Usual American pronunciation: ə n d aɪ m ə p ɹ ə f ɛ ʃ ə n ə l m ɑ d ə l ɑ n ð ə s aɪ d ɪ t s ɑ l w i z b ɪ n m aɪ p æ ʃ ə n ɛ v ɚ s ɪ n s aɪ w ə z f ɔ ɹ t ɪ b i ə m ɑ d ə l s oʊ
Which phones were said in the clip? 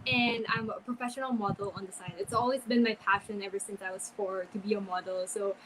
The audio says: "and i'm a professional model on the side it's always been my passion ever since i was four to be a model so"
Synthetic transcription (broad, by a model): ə n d aɪ m ə p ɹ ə f ɛ ʃ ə n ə l m ɑ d l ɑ n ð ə s aɪ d ɪ t s ɑ l w i z b ɪ n m aɪ p æ ʃ ə n ɛ v ɚ s ɪ n s aɪ w ə z f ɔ ɹ t ɪ b i ə m ɑ d l s oʊ